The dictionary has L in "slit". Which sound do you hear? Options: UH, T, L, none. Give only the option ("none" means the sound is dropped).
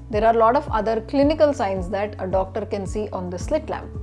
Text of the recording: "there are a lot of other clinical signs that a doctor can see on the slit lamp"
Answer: L